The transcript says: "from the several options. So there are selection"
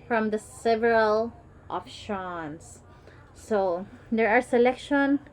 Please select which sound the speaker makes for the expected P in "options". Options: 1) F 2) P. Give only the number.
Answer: 1